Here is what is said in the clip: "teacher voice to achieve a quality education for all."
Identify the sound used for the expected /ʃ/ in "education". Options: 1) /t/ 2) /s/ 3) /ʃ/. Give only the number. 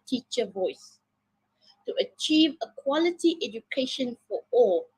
3